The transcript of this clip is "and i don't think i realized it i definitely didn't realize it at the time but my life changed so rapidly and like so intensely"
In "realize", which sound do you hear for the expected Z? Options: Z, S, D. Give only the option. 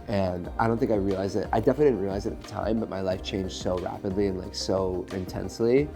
Z